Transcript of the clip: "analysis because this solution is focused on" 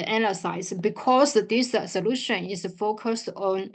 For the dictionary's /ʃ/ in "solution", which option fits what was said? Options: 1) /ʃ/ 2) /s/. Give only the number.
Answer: 1